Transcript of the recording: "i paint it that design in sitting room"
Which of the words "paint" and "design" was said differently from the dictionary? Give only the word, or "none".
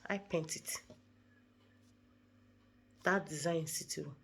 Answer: design